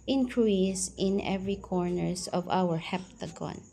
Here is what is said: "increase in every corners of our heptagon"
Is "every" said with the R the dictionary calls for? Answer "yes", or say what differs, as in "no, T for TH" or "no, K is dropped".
yes